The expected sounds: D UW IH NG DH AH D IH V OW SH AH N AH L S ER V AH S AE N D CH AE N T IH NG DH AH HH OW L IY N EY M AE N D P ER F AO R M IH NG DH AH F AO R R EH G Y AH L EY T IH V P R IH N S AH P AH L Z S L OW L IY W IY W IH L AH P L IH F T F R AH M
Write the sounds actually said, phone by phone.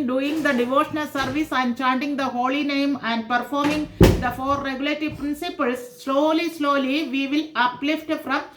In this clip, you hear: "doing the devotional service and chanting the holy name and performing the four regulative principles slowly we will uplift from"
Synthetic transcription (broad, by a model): D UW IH NG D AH D IH V OW SH AH N AH L S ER V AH S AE N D CH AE N T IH NG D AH HH OW L IY N EY M AE N D P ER F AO R M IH NG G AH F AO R R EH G Y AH L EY T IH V P R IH N S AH P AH L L S L OW L IY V IY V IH L AH P L IH F T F R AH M